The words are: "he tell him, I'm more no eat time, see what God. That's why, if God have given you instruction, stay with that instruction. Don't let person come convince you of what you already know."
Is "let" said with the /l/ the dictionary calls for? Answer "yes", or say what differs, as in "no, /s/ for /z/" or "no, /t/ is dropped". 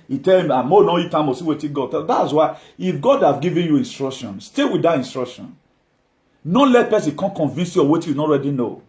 yes